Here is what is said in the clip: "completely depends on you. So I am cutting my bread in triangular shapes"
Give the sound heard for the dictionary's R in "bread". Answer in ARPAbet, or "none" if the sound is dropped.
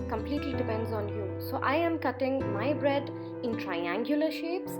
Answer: R